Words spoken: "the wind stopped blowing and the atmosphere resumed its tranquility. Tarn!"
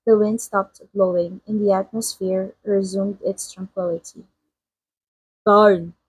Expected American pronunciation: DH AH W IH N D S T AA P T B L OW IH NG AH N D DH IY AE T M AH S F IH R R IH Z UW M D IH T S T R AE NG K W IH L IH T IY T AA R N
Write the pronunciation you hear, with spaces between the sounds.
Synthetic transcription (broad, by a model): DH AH W IH N D S T AA P T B L OW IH NG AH N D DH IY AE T M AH S F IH R R IH Z UW M D IH T S T R AE NG K W IH L IH T IY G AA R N